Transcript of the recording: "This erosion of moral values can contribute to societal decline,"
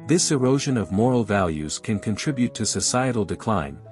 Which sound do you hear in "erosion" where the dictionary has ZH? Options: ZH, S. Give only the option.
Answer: ZH